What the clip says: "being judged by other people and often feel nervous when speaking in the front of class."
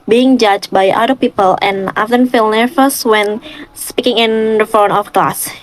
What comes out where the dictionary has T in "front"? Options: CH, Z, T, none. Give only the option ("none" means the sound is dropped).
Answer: none